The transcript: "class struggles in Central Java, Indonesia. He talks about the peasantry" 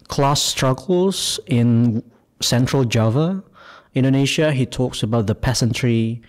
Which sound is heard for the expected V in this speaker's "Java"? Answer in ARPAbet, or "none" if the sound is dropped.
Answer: V